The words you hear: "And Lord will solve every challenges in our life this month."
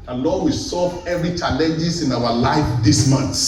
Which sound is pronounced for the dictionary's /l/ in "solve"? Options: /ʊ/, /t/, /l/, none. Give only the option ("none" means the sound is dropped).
none